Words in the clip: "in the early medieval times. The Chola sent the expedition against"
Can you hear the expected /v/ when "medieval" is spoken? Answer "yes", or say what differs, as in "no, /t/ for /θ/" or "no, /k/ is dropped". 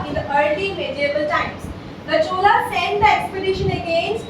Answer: no, /b/ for /v/